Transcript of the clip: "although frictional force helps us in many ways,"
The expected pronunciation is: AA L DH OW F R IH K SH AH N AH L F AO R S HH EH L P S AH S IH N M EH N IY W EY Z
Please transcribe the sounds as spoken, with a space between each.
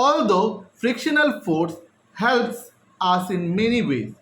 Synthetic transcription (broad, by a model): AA L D OW F R IH K SH AH N AH L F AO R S HH EH L P S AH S IH N M EH N IY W EY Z